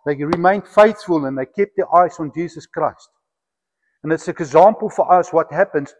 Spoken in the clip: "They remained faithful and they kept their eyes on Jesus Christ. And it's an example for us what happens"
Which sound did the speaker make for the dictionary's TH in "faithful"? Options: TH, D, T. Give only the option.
TH